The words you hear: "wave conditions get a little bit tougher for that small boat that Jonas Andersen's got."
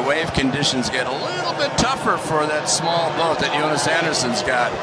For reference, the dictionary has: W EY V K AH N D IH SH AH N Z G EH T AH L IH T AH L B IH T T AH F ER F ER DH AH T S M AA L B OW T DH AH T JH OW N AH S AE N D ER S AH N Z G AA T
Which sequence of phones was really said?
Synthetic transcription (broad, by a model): W EY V K AH N D IH SH AH N Z G EH T AH L IH T L B IH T T AH F ER F ER DH AH T S M AA L B OW T DH AH T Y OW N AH S AE N D ER S AH N Z G AA T